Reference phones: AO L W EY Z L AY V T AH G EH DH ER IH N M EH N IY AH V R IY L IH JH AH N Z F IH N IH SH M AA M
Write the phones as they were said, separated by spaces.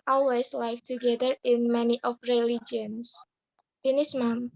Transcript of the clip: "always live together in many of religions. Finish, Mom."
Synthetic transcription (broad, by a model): AO L W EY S L AY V T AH G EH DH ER IH N M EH N IY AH F R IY L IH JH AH N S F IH N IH S M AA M